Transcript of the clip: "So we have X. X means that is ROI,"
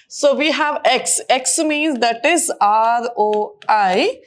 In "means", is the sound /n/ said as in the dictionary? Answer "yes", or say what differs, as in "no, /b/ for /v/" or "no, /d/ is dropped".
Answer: yes